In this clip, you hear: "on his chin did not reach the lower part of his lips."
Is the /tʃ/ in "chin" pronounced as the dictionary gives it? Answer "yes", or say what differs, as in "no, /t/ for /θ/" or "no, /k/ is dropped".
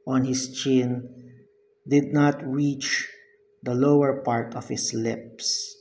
yes